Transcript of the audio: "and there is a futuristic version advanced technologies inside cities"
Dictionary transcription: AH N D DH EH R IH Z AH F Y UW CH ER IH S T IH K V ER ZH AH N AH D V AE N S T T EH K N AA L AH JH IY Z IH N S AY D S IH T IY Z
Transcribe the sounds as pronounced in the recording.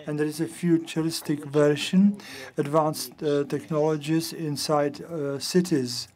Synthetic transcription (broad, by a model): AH N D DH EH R IH Z AH F Y UW CH ER IH S T IH K V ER SH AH N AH D V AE N S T T EH K N AA L AH JH IY Z IH N S AY D S IH T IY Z